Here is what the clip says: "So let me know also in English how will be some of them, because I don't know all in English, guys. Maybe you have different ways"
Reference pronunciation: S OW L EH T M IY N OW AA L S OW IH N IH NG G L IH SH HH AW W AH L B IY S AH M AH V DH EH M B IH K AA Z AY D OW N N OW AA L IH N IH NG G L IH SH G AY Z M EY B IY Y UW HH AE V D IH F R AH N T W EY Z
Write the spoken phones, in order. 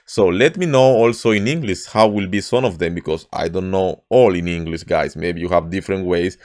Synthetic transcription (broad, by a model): S OW L EH T M IY N OW AA L S OW IH N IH NG G L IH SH HH AW W AH L B IY S AH M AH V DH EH M B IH K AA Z AY D OW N N OW AA L IH N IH NG G L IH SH G AY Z M EY B IY Y UW HH AE V D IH F R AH N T W EY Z